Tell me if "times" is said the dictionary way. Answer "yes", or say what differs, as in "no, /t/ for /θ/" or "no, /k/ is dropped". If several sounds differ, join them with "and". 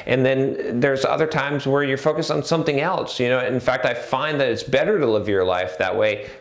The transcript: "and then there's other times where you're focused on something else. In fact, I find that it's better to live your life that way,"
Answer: yes